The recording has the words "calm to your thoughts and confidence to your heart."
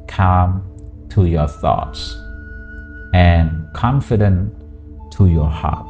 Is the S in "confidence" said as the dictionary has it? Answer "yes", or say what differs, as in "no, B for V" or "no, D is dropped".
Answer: no, S is dropped